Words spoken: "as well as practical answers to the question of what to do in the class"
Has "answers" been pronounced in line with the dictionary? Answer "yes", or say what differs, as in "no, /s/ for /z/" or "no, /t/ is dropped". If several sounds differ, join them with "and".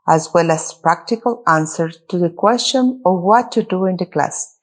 no, /z/ is dropped